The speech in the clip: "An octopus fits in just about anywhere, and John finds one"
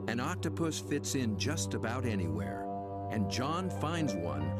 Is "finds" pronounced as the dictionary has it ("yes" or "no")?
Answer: yes